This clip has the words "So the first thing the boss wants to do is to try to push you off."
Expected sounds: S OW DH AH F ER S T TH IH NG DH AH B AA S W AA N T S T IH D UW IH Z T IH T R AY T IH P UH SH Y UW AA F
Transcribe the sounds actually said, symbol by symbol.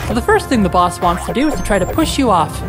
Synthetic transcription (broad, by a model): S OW DH AH F ER S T TH IH NG DH AH B AA S W AA N T S T IH D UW IH Z T IH T R AY T IH P UH SH Y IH AA F